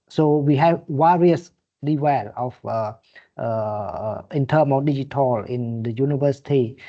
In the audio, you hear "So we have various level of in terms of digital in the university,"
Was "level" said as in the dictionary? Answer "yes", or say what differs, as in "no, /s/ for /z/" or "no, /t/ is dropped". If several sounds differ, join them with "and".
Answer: no, /w/ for /v/